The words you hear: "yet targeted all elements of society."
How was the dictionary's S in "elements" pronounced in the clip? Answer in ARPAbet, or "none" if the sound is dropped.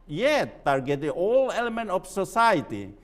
none